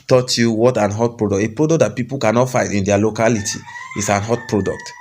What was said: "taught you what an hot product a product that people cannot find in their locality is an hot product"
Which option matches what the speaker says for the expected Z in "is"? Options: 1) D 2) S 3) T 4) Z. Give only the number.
2